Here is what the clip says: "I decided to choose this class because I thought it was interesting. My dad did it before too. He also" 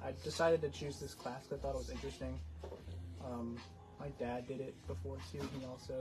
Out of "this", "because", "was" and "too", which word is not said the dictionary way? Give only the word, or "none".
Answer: because